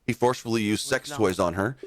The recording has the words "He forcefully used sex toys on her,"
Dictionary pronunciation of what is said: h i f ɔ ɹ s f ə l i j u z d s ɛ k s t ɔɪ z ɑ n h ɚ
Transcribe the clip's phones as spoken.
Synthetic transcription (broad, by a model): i f ɔ ɹ s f l i j u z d s ɛ k s t ɔɪ z n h ɚ